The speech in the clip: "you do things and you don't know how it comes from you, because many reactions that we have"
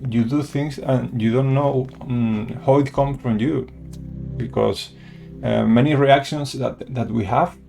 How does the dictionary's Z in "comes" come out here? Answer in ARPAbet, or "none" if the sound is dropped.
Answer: none